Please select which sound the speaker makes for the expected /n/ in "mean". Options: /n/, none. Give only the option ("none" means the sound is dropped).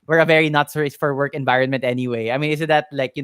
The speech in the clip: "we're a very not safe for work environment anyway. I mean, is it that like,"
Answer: /n/